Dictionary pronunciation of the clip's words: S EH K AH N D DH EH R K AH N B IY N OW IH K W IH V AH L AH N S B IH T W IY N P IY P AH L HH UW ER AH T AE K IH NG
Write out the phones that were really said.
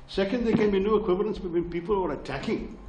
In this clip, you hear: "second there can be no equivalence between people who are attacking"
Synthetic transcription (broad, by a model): S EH K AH N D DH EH K AH N B IY N OW IH K W IH V AH L AH N S B IH T W IY N P IY P AH L ER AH T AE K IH NG